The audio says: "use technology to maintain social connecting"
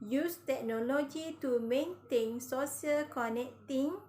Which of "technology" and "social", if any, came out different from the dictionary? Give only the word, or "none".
social